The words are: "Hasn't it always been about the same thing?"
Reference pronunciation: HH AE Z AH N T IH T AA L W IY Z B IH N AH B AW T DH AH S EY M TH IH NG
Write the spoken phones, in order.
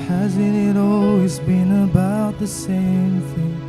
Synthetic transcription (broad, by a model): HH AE Z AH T IH T AA L W IY Z B IH N AH B AW T DH AH S EY M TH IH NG